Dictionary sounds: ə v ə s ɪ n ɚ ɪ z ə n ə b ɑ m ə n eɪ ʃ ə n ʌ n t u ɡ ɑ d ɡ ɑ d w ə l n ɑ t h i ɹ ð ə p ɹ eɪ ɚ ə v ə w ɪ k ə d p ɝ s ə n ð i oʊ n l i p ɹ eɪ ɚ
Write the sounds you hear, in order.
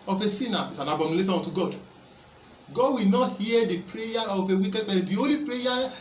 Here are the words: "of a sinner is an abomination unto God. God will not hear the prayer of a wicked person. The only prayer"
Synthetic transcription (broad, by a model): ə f ə s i n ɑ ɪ s ə n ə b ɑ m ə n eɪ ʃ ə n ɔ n t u ɡ ɑ d ɡ ɑ d w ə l n ɑ t h i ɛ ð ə p ɹ eɪ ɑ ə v ə w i k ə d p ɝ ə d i oʊ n l i p ɹ eɪ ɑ